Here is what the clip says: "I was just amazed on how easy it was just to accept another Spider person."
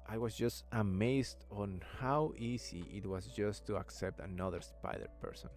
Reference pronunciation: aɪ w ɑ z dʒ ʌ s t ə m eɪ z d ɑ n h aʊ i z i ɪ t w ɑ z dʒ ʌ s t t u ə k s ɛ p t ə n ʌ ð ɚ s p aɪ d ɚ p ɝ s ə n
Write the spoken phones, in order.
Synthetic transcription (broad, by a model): aɪ w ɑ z dʒ ʌ s t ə m eɪ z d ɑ n h aʊ i s i ɪ t w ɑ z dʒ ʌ s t t u ə k s ɛ p t ə n ʌ ð ɚ s p aɪ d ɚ p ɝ s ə n